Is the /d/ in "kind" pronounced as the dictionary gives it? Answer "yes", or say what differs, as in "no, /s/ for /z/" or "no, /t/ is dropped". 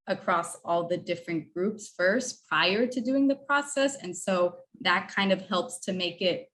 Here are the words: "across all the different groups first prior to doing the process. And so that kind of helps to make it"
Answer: yes